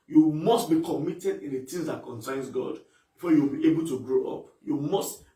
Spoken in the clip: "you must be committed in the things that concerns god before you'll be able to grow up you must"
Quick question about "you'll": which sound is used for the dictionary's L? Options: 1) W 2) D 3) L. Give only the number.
1